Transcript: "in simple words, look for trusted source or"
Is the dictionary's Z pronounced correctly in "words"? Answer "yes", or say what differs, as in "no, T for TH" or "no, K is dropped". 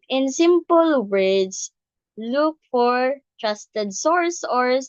no, S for Z